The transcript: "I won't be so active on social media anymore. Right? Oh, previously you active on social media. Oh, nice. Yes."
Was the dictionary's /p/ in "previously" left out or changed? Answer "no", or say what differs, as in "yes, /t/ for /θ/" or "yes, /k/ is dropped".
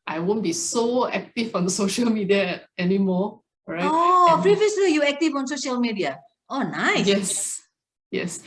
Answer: yes, /f/ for /p/